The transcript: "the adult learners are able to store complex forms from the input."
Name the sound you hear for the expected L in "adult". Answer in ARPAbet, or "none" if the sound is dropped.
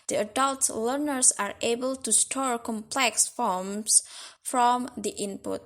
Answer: L